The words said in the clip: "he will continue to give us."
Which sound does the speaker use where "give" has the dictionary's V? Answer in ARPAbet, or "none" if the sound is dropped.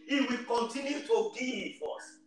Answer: F